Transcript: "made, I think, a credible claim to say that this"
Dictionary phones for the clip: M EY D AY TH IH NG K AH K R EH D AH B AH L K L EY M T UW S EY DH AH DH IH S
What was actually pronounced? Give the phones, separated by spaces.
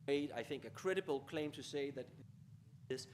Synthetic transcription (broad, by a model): EY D AY TH IH NG K AH K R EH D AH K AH L K L EY M T UW S EY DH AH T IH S